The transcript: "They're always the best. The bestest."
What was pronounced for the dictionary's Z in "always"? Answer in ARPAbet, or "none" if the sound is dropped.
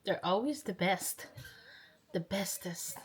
Z